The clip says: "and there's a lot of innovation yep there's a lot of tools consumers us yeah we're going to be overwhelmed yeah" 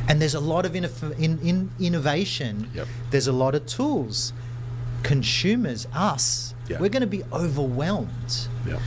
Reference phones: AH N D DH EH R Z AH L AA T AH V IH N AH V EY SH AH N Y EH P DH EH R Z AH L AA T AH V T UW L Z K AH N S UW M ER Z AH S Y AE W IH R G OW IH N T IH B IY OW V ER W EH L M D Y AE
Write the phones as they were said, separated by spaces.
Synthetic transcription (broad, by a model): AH N DH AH R Z AH L AA T AH V IH N AH V EY SH AH N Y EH DH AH R Z AH L AA T AH V T UW L Z K AH N S UW M ER Z AH S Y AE W IH R G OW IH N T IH B IY OW V ER W EH L M D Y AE